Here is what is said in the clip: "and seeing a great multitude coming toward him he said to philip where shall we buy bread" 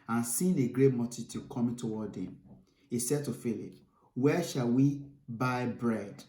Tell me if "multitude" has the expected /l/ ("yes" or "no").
no